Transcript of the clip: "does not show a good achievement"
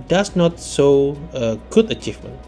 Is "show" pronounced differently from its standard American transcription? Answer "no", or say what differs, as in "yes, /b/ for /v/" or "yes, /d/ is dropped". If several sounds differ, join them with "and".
yes, /s/ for /ʃ/